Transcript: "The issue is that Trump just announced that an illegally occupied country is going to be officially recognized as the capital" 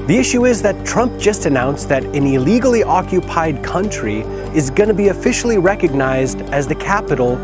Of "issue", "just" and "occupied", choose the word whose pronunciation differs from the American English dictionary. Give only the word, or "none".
none